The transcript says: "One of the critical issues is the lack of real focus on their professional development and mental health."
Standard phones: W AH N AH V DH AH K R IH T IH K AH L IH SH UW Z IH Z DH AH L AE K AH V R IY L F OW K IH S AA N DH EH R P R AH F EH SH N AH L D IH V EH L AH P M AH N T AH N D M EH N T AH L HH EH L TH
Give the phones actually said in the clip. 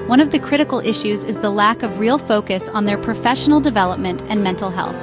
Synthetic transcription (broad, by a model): W AH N AH V DH AH K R IH T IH K L IH SH UW Z IH Z DH AH L AE K AH V R IY L F OW K IH S N DH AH R P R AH F EH SH N L D IH V EH L AH P M AH N T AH N M EH N T L HH EH L TH